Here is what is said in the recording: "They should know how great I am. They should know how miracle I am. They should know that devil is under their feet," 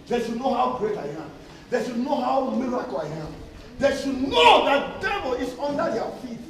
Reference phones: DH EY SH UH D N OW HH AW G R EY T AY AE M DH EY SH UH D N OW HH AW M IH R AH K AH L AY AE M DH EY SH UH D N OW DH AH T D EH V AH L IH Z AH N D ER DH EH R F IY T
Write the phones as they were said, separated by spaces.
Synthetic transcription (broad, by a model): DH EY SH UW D N OW HH AW G R EY T AY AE M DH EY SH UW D N OW HH AW M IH R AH K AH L AY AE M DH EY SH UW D N OW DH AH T D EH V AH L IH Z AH N D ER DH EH F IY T